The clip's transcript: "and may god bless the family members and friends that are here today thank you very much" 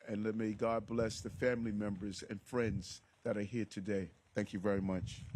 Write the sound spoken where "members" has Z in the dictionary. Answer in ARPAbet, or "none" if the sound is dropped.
Z